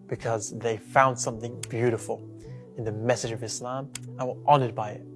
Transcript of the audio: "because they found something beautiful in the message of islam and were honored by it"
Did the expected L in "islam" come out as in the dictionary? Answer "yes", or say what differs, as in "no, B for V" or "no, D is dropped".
yes